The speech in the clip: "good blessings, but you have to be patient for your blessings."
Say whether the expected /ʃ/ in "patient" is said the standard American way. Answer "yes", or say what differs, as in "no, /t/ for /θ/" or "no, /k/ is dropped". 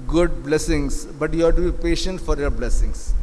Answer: yes